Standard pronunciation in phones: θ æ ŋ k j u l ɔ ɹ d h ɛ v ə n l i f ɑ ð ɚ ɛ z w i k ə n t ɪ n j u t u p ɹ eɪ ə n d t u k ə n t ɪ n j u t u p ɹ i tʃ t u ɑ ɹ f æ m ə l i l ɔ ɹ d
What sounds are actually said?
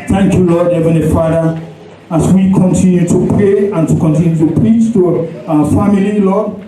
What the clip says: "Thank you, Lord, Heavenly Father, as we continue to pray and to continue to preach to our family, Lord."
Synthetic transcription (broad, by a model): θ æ ŋ k j u l ɔ d h ɛ v ə n l i f ɑ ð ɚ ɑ s w i k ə n t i n j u t u p ɹ eɪ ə n t u k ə n t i n j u t u p ɹ i tʃ t u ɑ f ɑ m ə l i l ɔ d